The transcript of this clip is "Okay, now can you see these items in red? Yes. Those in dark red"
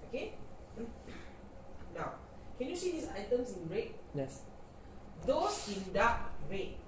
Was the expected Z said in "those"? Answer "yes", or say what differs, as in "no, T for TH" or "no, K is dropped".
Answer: no, S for Z